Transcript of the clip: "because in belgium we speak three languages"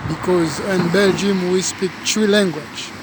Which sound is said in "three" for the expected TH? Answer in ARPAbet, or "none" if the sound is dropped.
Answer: T